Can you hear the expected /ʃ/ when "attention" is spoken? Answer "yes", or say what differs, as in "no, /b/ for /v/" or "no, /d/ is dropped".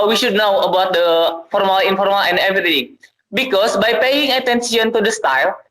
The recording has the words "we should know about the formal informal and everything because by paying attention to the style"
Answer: no, /s/ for /ʃ/